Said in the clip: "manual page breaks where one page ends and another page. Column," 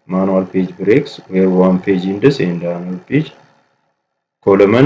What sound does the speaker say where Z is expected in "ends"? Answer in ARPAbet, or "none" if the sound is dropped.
S